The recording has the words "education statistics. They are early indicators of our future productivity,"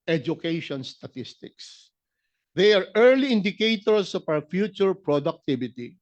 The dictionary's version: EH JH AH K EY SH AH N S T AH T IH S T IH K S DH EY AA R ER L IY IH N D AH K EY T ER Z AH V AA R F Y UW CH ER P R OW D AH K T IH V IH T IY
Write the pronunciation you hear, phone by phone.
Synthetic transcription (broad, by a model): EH JH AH K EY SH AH N S T AH T IH S T IH K S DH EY AA R ER L IY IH N D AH K EY T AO S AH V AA W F Y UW CH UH P R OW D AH K T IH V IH T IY